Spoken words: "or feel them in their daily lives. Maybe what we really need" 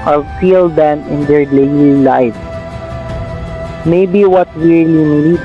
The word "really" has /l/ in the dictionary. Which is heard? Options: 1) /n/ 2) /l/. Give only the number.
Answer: 1